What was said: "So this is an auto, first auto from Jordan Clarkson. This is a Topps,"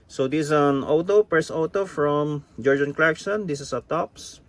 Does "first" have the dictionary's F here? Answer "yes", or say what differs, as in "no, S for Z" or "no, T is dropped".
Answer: no, P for F